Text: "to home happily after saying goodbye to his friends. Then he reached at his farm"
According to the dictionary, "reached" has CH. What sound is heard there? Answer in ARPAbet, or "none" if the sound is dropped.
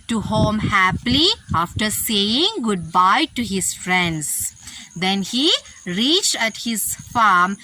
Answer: CH